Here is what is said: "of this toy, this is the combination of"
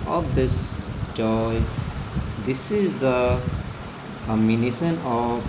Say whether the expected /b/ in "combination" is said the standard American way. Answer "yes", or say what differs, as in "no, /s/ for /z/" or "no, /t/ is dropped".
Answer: no, /b/ is dropped